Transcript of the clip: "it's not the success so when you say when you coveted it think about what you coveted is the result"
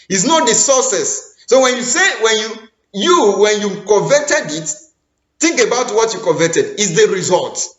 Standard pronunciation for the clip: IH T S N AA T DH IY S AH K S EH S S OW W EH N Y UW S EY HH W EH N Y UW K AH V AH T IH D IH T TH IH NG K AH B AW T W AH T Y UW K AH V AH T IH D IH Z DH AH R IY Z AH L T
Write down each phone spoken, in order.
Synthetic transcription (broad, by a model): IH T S N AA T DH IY S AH S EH S S OW W EH N Y UW S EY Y W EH N Y UW K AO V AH T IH D IH T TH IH NG K AH B AW T W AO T Y UW K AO V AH T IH D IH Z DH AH R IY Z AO L T